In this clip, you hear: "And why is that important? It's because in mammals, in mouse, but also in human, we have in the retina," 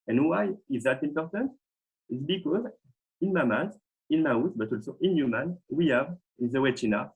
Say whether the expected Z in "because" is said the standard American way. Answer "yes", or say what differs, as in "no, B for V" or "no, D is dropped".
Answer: yes